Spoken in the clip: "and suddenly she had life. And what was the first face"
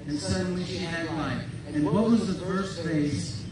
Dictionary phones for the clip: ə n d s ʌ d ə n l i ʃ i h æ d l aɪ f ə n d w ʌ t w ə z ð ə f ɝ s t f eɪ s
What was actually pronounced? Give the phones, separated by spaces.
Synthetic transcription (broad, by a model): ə n s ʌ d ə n w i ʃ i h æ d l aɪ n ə n w ʌ t w ə z ð ə f ɝ s t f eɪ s